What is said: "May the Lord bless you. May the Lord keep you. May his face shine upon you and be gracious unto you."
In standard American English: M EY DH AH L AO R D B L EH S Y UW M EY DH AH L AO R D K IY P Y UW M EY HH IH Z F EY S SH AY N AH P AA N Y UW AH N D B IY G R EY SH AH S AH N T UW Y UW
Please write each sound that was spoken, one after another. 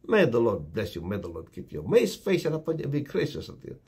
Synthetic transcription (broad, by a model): M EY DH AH L AO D B L EH S Y UW M EY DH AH L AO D K IY P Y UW M EY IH S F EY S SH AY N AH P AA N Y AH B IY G R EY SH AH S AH T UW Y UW